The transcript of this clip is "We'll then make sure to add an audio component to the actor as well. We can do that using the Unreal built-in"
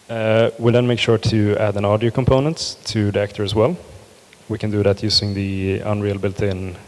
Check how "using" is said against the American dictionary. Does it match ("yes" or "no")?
no